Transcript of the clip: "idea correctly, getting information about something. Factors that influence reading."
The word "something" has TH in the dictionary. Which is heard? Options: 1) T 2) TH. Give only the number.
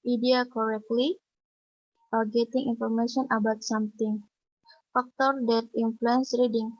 1